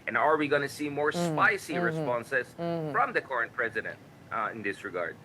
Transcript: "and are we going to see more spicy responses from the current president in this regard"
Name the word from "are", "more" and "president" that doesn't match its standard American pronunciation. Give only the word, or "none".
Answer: none